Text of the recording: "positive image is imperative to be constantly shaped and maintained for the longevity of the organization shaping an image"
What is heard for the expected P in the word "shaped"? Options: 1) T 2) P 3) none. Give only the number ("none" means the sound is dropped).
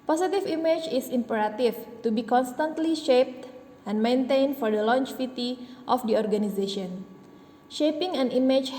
2